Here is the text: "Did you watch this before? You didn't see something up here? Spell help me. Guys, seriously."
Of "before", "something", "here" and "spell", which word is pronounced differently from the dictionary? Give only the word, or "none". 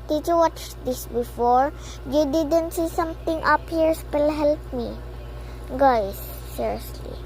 something